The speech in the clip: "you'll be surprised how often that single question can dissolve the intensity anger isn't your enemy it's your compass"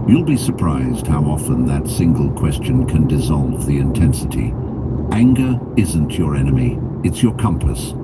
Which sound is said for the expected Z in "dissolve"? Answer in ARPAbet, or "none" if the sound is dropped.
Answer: Z